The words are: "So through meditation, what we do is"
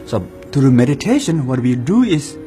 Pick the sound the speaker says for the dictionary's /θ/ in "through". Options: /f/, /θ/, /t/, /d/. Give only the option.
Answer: /t/